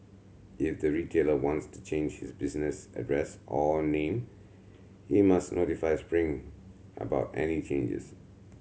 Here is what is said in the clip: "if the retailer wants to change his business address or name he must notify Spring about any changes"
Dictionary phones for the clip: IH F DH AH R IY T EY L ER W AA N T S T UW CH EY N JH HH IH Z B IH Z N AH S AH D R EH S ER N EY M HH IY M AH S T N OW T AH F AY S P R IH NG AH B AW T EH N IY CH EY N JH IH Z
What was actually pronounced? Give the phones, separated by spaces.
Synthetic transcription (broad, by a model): IH F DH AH R IY T EY L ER W AA N T S T UW CH EY N JH HH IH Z B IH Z N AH S AH D R EH S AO N EY M HH IY M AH S T N OW T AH F AY S P R IH NG AH B AW T EH N IY CH EY N JH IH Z